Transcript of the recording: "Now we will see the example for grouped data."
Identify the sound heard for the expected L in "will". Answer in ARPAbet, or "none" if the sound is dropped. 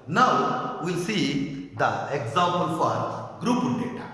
L